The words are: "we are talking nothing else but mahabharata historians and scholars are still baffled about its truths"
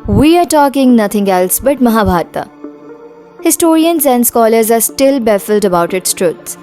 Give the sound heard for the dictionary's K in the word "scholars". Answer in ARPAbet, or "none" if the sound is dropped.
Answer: K